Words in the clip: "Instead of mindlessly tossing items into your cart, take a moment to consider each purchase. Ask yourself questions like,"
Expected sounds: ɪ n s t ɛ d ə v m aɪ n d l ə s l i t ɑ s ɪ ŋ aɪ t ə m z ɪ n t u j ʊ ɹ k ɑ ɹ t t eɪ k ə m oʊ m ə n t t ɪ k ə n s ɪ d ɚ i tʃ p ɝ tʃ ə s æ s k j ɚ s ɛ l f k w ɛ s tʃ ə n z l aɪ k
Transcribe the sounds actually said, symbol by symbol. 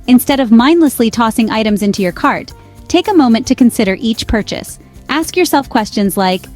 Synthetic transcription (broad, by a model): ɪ n s t ɛ d ə v m aɪ n d l ə s l i t ɑ s ɪ ŋ aɪ t ə m z ɪ n t u j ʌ ɹ k ɑ ɹ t t eɪ k ə m oʊ m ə n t t ɪ k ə n s ɪ d ɚ i tʃ p ɝ tʃ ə s æ s k j ɚ s ɛ l f k w ɛ s tʃ ə n z l aɪ k